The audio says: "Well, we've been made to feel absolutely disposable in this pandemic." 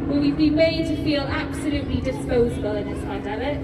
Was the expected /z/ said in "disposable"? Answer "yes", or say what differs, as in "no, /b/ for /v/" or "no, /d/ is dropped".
yes